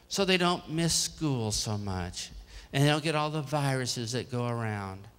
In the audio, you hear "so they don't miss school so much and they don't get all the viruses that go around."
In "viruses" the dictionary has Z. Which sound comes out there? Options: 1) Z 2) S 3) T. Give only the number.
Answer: 1